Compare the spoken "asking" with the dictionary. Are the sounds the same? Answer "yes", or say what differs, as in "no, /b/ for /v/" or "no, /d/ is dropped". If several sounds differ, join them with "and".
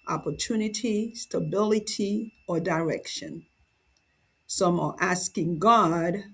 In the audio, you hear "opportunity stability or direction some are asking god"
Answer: yes